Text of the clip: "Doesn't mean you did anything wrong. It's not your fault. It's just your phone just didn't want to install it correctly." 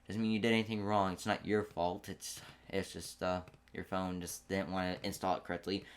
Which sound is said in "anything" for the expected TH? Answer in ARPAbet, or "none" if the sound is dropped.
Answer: TH